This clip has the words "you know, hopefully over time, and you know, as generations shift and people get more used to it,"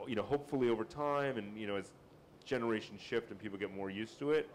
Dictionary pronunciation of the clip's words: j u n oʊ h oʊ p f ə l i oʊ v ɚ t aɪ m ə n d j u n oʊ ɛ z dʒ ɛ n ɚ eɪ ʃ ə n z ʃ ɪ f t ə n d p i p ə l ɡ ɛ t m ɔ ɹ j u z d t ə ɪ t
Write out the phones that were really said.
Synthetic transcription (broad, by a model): j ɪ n oʊ h oʊ p f l i oʊ v ɚ t aɪ m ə n j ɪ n oʊ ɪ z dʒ ɛ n ɚ eɪ ʃ n ʃ ɪ f t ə n p i p l ɡ ɛ t m ɔ ɹ j u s t ə ɪ t